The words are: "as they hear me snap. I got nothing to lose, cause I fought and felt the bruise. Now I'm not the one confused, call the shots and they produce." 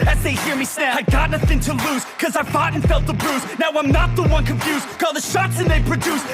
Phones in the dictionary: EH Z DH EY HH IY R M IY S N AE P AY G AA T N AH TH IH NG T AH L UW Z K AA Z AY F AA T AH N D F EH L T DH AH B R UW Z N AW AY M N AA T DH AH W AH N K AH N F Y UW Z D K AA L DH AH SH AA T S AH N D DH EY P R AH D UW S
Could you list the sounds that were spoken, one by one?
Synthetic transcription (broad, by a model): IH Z DH EY HH IY R M IY S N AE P AY G AA T N AH TH IH NG T AH L UW Z K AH Z AY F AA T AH N F EH L T DH AH B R UW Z N AW AY M N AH T DH AH W AH N K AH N F Y UW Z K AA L DH AH SH AA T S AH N DH EY P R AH D UW S